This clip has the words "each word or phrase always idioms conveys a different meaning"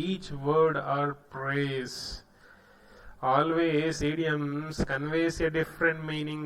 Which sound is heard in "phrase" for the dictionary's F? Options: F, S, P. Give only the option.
P